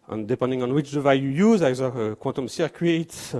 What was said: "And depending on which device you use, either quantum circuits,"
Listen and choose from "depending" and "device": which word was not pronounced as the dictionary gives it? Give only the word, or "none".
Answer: device